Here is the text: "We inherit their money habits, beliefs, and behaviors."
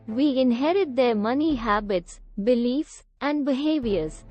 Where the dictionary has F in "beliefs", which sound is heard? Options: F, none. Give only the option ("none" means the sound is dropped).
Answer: F